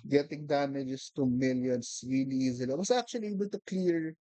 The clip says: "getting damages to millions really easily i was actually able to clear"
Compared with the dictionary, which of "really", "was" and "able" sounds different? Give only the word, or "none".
was